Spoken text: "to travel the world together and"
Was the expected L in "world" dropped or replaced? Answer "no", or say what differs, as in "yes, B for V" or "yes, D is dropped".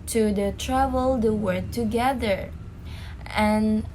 yes, L is dropped